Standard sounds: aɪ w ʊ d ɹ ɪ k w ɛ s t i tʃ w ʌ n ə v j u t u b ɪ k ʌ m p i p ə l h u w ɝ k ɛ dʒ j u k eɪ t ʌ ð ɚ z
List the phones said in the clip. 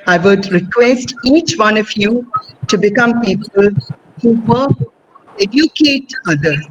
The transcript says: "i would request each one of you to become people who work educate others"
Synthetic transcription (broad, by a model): aɪ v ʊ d ɹ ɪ k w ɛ s t i tʃ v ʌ n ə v j u t u b ɪ k ʌ m p i p ə l h u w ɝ ɛ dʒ j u k eɪ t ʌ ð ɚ